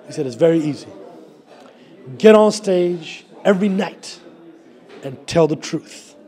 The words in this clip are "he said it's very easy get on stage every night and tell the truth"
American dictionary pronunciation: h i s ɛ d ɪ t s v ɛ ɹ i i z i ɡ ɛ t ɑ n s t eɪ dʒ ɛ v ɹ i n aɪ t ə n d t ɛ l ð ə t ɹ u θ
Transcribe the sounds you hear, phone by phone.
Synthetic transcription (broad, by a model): h i s ɛ d ɪ t s v ɛ ɹ i i z i ɡ ɛ t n s t eɪ dʒ ɛ v ɹ i n aɪ t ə n t ɛ l ð ə t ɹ u θ